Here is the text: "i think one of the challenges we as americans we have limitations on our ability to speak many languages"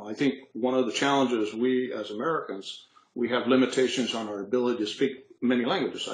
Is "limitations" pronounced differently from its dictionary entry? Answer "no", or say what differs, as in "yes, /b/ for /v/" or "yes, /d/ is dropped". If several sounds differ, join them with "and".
no